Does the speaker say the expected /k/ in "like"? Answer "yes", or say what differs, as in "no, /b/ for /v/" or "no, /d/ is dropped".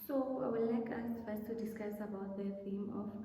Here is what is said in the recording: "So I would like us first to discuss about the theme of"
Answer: yes